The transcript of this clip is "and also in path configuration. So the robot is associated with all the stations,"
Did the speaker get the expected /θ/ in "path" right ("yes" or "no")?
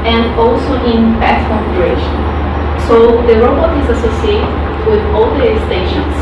no